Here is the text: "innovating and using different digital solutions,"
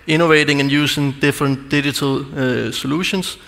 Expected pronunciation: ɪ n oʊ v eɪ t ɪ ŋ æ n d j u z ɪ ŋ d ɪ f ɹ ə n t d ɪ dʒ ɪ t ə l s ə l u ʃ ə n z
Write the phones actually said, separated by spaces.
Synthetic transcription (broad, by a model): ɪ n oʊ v eɪ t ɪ ŋ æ n j u s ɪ ŋ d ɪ f ɹ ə n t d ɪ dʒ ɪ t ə l s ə l u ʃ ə n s